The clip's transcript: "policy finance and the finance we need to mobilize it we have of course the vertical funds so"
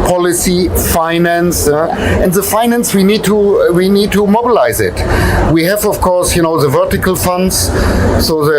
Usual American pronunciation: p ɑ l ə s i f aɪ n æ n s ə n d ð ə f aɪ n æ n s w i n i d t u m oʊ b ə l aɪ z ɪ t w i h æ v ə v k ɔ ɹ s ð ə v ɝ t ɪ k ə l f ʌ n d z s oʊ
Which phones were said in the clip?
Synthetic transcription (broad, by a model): p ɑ l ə s i f aɪ n æ n s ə n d ð ə f aɪ n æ n s w i n i d t u m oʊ b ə l aɪ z ɪ t w i h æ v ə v k ɔ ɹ s ð ə v ɝ t ɪ k ə l f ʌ n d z s oʊ